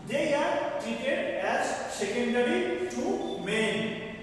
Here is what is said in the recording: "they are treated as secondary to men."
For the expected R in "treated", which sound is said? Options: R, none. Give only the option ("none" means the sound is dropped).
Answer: none